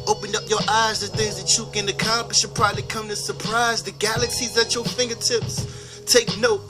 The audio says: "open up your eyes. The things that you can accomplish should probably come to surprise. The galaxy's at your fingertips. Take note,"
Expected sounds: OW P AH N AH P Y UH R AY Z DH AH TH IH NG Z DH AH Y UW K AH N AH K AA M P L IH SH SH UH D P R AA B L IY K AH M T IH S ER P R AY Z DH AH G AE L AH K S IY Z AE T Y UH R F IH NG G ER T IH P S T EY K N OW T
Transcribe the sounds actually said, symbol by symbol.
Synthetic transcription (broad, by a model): OW P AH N AH P Y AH R AY Z DH AH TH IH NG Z DH AH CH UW K AH N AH K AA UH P IH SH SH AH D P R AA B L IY K AH M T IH S ER P R AY Z DH AH G AE L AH K S IY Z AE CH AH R F IH NG G ER T IH P S T EY K N OW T